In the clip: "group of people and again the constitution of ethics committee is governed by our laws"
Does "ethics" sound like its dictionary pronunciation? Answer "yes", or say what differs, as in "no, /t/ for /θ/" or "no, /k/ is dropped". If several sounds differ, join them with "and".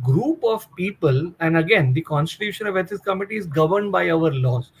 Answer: no, /t/ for /θ/ and /k/ is dropped